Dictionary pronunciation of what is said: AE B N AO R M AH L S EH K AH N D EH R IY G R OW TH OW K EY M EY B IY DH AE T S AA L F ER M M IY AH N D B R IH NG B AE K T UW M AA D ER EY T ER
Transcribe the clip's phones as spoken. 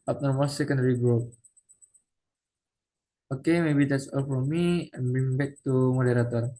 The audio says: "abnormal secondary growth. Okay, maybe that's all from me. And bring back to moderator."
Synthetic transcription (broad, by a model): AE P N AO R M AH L S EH K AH N D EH R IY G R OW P OW K EY M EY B IY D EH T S AA L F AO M M IY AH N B IH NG B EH K T UW M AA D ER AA T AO